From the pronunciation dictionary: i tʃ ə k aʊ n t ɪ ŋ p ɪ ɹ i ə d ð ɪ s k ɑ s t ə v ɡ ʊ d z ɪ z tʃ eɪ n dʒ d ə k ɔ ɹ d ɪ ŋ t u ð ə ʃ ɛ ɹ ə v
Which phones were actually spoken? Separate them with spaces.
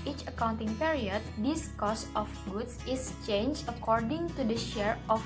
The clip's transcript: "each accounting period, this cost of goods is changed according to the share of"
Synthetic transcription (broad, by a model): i tʃ ə k aʊ n t ɪ ŋ p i ɹ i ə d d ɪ s k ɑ s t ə f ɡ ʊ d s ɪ s tʃ eɪ n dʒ ə k ɔ ɹ d ɪ ŋ t u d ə ʃ ɛ ɹ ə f